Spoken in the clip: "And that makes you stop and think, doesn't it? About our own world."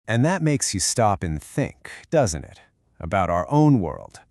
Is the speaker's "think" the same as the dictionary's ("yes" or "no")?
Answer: yes